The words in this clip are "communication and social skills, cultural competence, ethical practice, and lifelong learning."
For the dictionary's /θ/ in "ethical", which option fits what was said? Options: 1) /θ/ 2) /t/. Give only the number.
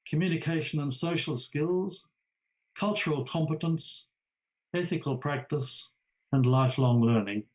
1